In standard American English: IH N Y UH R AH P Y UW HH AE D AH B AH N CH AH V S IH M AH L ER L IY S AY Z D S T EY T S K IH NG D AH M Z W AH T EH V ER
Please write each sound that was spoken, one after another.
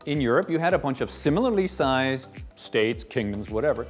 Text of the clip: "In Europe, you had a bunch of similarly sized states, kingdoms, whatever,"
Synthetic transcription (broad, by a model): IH N Y UH R AH P Y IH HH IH D AH B AH N CH AH V S IH M L ER L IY S AY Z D S T EY T S K IH NG D AH M Z W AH T EH V ER